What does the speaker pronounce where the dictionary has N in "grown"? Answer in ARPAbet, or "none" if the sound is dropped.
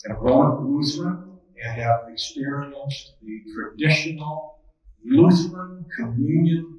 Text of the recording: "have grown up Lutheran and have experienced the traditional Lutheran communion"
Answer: none